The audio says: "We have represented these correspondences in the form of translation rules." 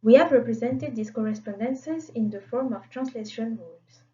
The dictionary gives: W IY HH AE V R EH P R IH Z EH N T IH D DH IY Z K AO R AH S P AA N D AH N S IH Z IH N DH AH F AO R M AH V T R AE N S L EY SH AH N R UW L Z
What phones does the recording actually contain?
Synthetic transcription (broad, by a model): W IY HH AE V R EH P R IH Z EH N T IH D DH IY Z K AO R AH S P AA N D AH N S IH Z IH N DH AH F AO R M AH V T R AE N S L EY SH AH N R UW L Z